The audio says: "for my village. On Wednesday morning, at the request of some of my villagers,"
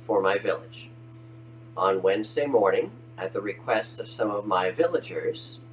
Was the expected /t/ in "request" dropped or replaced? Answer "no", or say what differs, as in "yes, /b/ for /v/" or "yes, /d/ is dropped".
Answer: no